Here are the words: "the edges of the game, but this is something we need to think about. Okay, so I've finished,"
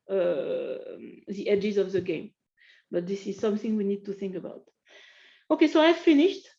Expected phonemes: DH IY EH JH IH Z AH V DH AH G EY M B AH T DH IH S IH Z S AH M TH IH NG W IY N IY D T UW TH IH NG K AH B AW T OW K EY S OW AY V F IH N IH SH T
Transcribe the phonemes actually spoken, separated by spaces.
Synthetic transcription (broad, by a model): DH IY EH JH IH Z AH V DH AH G EY M B AH T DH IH S IH Z S AH M TH IH NG W IY N IY D T UW TH IH NG K AH B AW T OW K EY S OW AY V F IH N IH SH T